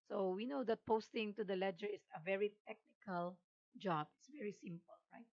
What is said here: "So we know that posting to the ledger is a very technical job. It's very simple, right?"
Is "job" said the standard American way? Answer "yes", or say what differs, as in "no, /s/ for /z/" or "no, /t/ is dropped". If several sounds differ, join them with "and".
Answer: yes